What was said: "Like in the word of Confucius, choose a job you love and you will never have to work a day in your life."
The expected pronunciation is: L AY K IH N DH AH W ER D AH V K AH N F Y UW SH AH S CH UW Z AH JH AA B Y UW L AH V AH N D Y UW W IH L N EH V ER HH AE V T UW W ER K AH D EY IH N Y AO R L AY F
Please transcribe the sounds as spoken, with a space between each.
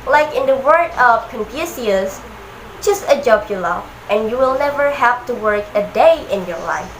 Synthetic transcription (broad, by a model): L AY K IH N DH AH W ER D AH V K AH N P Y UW S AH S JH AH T AH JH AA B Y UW L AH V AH N Y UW W IH L N EH V ER HH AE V T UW W ER K AH D EY IH N Y AO R L AY F